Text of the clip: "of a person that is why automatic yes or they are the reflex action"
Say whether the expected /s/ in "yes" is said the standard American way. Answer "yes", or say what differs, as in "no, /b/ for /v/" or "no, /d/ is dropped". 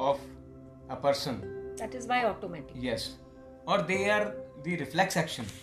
yes